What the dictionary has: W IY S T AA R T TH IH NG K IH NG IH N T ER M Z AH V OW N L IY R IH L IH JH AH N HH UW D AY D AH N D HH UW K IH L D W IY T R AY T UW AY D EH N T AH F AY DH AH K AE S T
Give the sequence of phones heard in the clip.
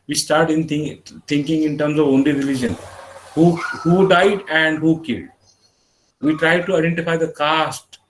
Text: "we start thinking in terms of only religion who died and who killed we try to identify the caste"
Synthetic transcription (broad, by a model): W IY S T AA R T T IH NG K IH NG IH N T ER M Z AH V OW N L IY R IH L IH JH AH N HH UW D AY D AH N D HH UW K IH L D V IY T R AY T UW AY D EH N T AH F AY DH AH K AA S T